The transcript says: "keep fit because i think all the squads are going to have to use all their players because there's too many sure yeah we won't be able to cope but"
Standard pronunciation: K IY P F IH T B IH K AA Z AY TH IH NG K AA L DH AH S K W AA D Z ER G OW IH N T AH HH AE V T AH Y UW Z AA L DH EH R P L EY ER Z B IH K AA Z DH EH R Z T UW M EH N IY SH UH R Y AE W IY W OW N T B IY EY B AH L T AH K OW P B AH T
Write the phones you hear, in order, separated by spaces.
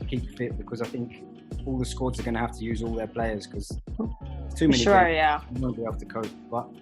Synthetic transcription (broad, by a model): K IY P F IH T B IH K AA Z AY TH IH NG K AA L DH AH S K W AA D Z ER G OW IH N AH HH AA F T AH Y UW Z AA L DH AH P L EY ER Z K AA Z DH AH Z T UW M EH N IY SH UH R Y AE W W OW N B IY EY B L T AH K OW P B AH T